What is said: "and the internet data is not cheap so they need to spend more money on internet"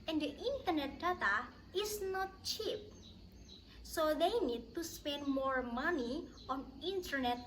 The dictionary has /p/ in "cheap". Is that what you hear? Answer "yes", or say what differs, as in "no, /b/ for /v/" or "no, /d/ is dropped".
yes